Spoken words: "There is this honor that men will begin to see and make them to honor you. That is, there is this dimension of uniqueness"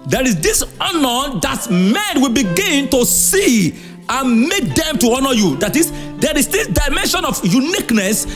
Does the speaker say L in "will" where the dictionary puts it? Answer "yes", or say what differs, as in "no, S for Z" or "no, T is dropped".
yes